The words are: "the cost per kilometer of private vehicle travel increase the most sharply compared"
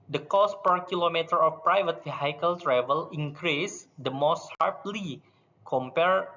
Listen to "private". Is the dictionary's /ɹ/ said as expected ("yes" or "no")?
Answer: yes